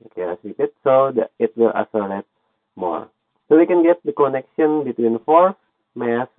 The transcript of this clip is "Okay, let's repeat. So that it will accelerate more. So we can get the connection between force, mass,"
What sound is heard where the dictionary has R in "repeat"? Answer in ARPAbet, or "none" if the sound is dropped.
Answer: L